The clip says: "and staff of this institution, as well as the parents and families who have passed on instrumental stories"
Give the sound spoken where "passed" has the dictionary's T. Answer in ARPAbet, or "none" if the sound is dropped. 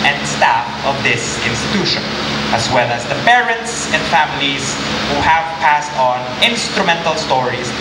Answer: T